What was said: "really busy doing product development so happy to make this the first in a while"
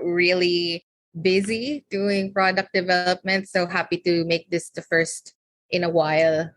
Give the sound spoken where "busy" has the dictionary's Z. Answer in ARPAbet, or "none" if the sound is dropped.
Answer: Z